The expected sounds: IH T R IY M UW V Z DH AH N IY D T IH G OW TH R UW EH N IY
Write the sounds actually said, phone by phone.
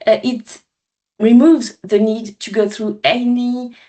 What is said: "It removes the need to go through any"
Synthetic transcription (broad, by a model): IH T R IY M UW V Z DH AH N IY D T IH G OW TH R UW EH N IY